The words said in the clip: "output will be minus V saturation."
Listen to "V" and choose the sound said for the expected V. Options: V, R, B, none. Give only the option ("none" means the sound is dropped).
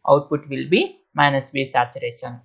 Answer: B